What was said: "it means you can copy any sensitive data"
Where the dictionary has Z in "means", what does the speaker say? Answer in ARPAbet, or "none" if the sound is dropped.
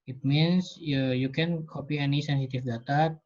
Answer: S